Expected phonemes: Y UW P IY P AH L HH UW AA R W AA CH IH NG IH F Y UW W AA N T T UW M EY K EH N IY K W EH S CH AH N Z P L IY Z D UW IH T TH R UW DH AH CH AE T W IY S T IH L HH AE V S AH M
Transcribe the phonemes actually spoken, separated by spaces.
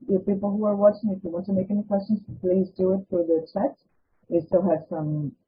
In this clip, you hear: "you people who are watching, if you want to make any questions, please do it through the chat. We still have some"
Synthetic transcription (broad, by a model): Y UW P IY P AH L HH UW AA R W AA CH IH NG IH F Y UW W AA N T T UW M EY K EH N IY K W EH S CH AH N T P L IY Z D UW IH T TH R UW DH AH CH AE T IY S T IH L HH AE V S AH M